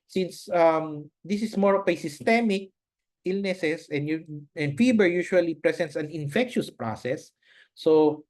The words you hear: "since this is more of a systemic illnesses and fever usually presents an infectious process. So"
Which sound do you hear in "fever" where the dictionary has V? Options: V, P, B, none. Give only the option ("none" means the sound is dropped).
B